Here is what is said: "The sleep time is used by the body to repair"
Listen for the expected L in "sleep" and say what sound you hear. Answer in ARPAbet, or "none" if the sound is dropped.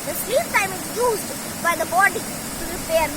none